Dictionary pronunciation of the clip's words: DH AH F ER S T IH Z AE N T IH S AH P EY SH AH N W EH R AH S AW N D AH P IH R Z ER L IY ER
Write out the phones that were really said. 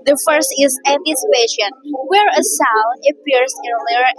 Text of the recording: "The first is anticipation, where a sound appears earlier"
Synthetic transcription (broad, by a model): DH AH F ER S T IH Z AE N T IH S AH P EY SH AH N W EH R AH S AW N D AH P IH R S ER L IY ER